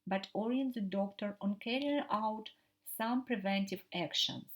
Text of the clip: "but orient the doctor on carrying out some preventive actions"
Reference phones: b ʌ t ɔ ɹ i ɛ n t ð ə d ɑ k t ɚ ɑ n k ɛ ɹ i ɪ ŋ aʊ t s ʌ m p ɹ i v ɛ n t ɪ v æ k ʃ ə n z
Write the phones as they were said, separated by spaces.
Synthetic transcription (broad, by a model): b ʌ t ɔ ɹ i ɛ n t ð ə d ɑ k t ɚ ɑ n k ɛ ɹ i ɪ ŋ aʊ t s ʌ m p ɹ i v ɛ n t ɪ v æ k ʃ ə n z